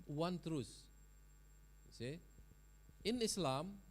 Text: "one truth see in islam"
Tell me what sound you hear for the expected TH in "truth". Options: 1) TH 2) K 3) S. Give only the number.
3